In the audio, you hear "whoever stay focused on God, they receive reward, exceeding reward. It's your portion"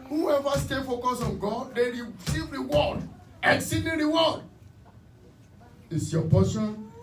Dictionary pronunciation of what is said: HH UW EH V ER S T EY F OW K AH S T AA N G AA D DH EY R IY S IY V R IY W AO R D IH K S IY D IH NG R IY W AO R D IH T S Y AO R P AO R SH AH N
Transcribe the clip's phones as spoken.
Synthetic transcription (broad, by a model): HH UW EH V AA S T EY F OW K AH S AA N G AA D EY R IY S IY V R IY W AO D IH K S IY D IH R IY W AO D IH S Y AO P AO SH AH N